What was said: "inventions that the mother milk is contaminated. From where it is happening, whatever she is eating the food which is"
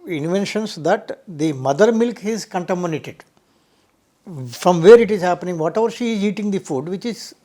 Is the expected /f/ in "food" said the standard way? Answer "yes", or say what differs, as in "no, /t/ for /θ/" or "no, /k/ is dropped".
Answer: yes